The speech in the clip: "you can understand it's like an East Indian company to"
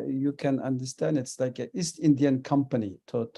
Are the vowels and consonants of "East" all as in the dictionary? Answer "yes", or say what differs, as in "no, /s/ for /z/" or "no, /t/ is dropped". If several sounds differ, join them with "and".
yes